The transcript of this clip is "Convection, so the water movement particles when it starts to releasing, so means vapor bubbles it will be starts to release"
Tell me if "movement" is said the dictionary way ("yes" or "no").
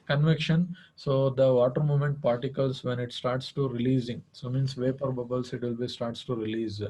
no